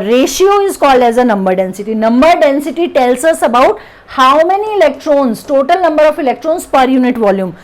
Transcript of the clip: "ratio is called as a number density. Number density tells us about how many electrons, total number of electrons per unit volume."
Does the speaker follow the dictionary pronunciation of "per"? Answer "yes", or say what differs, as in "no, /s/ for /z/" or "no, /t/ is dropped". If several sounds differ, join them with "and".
yes